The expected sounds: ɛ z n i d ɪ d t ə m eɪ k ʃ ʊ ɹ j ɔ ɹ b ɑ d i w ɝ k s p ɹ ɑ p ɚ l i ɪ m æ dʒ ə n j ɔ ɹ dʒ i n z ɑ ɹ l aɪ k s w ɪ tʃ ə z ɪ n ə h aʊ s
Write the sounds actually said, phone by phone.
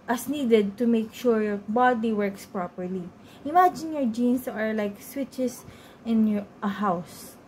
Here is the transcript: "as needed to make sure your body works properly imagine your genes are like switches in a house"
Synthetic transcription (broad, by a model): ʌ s n i d ɪ d t ə m eɪ k ʃ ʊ ɹ j ɔ ɹ b ɑ d i w ɝ k s p ɹ ɑ p ɚ l i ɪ m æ dʒ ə n j ɔ ɹ dʒ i n s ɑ ɹ l aɪ k s w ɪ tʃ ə s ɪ n ə h aʊ s